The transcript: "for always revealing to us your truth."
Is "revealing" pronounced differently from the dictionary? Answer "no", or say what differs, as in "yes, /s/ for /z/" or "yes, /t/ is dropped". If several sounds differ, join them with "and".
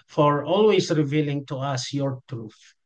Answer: no